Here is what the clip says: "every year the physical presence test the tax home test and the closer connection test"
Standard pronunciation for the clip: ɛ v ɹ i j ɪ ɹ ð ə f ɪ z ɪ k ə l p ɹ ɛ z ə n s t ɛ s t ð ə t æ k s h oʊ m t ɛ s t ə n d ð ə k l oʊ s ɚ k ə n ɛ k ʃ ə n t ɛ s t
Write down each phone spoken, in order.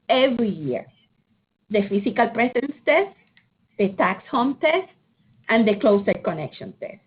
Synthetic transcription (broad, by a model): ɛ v ɹ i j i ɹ ð ə f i s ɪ k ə l p ɹ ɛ s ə n s t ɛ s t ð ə t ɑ k s h oʊ m t ɛ s t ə n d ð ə k l oʊ s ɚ k ə n ɛ k ʃ ə n t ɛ s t